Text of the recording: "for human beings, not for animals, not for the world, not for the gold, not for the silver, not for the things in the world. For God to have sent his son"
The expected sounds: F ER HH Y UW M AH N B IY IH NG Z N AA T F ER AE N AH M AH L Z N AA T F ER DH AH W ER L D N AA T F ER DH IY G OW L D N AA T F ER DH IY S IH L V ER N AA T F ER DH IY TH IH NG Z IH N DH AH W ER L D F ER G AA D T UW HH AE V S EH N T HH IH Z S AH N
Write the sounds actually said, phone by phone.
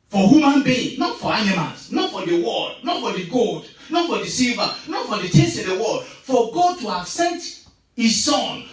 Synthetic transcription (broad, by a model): F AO HH Y UW M AH N B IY N AA T F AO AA N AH M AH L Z N AA T F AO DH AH W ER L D N AA T F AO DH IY G OW L D N AA T F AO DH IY S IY L V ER N AA T F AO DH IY T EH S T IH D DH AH W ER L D F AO G AA D T UW HH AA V S EH N T HH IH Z S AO N